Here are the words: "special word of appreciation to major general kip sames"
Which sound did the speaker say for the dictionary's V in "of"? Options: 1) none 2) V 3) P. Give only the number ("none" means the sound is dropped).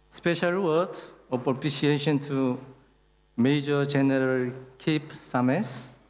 3